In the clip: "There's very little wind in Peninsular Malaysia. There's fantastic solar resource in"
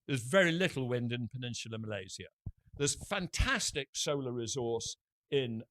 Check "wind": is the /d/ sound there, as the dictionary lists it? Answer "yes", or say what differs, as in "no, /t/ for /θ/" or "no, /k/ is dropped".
yes